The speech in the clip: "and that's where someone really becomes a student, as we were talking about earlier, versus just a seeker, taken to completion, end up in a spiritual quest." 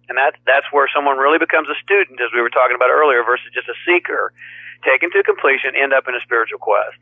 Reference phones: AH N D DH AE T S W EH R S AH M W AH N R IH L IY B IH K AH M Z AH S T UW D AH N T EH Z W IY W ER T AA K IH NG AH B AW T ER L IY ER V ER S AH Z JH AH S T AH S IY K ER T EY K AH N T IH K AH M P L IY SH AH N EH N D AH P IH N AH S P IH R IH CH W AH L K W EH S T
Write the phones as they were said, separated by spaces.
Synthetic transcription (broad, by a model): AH N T DH AE T S W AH R S AH M W AH N R IH L IY B IH K AH M Z AH S T UW D N T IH Z W IY W ER T AA K IH NG AH B AW T ER L IY ER V ER S AH Z JH AH S T AH S IY K ER T EY K AH N T IH K AH M P L IY SH AH N EH N D AH P IH N AH S P IH R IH CH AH L K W EH S T